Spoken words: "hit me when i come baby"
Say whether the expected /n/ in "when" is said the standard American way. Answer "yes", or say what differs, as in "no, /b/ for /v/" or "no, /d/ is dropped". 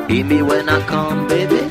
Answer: yes